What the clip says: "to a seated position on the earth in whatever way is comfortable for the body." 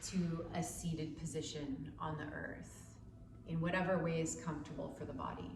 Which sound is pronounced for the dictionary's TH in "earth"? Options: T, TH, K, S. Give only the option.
TH